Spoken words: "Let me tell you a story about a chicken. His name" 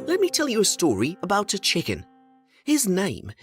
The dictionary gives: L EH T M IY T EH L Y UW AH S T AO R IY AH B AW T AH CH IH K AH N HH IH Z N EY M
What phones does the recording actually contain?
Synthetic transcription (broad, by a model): L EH T M IY T EH L Y AH S T AO R IY AH B AW T AH CH IH K AH N HH IH Z N EY M